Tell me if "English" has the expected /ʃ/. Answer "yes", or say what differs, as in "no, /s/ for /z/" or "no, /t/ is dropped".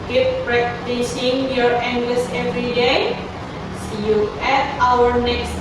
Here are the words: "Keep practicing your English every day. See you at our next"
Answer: no, /s/ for /ʃ/